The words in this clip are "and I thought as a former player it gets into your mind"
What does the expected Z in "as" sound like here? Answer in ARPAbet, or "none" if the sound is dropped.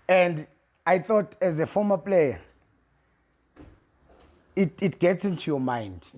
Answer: Z